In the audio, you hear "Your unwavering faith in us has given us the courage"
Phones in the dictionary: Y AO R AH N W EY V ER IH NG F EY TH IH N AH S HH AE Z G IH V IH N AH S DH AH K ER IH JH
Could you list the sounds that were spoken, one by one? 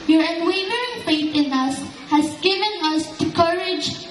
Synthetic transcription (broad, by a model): Y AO R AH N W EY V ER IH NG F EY T IH N AH S HH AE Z G IH V IH N AH S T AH K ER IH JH